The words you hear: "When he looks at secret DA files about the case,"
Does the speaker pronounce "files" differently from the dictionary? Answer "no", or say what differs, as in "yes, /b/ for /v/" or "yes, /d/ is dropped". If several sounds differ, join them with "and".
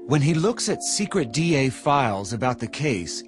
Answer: no